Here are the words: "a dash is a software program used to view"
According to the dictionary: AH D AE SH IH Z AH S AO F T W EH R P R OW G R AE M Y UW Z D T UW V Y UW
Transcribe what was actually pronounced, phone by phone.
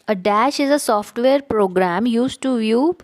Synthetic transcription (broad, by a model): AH D AE SH IH Z AH S AO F T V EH R P R OW G R AE M Y UW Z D T UW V Y UW